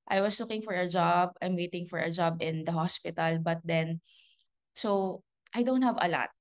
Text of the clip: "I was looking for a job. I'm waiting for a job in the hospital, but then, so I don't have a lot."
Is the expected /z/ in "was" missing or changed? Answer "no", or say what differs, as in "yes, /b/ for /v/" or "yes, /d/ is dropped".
yes, /s/ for /z/